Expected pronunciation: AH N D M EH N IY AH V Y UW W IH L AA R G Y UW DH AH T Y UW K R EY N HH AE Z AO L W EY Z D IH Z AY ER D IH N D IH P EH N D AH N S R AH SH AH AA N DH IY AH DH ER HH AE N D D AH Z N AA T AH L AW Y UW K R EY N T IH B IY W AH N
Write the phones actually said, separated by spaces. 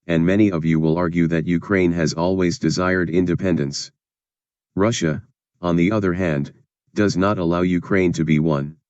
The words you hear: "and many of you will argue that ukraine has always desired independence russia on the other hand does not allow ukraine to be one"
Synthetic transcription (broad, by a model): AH N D M EH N IY AH V Y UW W IH L AA R G Y UW DH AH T Y UW K R EY N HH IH Z AO L W EY Z D IH Z AY ER D IH N D IH P EH N D AH N S R AH SH AH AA N DH IY AH DH ER HH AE N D D AH Z N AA T AH L AW Y UW K R EY N T IH B IY W AH N